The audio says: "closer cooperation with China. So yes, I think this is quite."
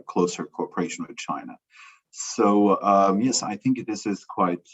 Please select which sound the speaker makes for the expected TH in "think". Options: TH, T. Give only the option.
TH